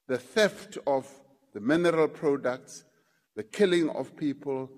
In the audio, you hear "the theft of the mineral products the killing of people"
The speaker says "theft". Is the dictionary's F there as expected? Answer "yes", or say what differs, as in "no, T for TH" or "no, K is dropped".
yes